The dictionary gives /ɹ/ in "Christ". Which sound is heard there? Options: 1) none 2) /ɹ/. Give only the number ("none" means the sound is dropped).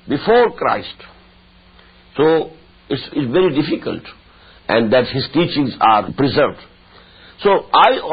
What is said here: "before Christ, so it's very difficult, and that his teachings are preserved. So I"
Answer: 2